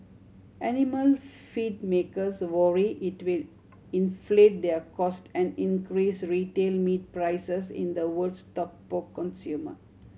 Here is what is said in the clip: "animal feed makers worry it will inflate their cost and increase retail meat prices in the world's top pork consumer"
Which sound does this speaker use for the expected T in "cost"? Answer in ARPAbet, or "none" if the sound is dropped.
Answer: T